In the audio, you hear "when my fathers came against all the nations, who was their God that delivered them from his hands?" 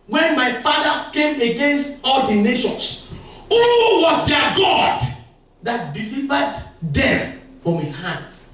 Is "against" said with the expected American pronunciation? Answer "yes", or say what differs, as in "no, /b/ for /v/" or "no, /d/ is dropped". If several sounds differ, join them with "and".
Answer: yes